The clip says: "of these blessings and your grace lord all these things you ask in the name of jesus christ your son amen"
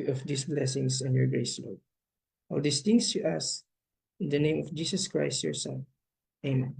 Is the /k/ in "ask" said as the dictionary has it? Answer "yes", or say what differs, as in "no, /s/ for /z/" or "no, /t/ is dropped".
no, /k/ is dropped